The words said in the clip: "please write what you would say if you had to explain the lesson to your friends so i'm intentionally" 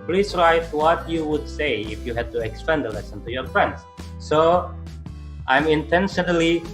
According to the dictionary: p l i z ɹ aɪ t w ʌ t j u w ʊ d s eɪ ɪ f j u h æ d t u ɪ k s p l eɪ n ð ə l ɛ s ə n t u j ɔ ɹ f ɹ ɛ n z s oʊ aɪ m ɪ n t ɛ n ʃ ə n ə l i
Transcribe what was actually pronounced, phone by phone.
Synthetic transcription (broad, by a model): p l i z ɹ aɪ t w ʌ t j u w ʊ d s eɪ ɪ f j u h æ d t u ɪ k s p eɪ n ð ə l ɛ s ə n t u j ɔ ɹ f ɹ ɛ n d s oʊ aɪ m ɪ n t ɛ n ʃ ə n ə l i